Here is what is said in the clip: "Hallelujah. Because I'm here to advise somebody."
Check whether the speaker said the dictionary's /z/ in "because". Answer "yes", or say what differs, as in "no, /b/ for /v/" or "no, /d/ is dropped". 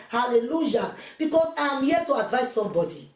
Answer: no, /s/ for /z/